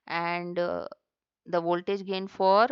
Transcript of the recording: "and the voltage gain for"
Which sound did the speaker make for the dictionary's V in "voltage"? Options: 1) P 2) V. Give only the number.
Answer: 2